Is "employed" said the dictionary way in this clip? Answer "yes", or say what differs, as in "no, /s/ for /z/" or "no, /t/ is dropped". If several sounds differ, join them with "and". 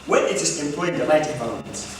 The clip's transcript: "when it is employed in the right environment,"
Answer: no, /d/ is dropped